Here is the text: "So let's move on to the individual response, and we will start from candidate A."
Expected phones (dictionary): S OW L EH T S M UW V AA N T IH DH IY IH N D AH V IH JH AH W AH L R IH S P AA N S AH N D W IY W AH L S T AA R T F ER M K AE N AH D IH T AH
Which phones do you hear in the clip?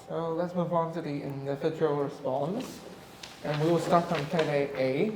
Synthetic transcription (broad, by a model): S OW L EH T S M UW V AA N T IH DH IY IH N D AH F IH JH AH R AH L R IH S P AA N S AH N W IY W AH L S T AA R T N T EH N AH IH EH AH